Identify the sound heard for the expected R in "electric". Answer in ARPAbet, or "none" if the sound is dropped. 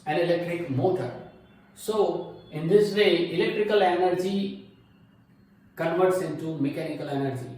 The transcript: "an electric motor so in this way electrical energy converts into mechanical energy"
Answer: R